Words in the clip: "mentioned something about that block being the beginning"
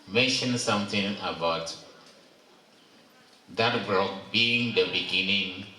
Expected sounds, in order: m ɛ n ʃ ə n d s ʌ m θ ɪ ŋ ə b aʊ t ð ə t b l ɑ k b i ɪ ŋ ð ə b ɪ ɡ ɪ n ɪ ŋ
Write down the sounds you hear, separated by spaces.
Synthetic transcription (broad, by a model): m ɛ n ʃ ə n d s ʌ m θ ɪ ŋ ə b aʊ t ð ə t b ɑ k b i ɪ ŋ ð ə b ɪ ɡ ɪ n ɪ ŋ